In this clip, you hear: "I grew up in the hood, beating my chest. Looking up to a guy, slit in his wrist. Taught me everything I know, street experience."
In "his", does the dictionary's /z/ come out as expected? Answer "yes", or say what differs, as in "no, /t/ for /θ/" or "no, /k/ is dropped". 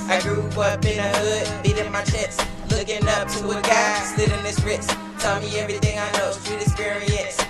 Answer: no, /s/ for /z/